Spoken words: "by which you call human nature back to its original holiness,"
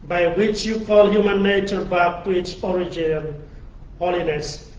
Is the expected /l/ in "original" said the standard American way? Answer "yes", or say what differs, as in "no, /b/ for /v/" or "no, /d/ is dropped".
no, /n/ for /l/